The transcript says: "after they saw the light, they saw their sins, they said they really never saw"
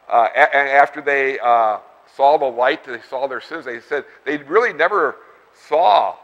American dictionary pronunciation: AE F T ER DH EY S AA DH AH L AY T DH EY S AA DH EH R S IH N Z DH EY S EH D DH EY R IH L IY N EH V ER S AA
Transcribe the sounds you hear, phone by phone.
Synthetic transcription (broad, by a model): AE F T ER DH EY S AA DH AH L AY T DH EY S AA DH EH R S IH N Z DH EY S EH D DH EY R IH L IY N EH V ER S AA